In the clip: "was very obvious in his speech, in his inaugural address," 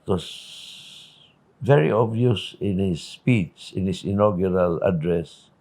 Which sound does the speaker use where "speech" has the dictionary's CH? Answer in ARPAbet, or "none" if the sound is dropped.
S